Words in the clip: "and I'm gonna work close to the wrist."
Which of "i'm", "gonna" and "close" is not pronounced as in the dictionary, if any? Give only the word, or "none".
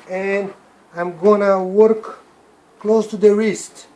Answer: none